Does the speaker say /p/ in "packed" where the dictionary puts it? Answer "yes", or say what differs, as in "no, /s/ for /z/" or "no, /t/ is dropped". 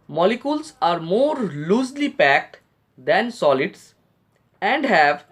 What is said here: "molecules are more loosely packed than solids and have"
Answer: yes